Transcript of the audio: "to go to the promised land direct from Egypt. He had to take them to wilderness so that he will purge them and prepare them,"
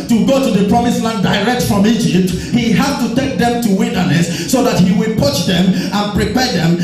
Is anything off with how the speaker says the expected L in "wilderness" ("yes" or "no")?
yes